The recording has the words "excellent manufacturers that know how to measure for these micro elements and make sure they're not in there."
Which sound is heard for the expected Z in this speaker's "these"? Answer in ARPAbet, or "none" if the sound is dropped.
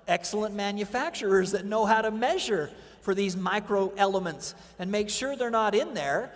Z